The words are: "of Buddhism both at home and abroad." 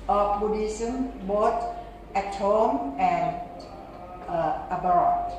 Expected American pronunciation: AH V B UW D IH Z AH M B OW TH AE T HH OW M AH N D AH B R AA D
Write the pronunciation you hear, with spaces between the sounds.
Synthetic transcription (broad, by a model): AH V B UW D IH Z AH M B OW T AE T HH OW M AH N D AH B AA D